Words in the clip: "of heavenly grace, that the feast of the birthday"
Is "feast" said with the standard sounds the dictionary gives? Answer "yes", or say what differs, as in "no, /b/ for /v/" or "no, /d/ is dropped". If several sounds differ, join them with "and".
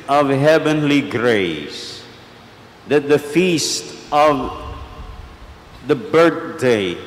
yes